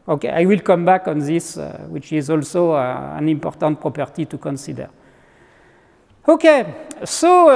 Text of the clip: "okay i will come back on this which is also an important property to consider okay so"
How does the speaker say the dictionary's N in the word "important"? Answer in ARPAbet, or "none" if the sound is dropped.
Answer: N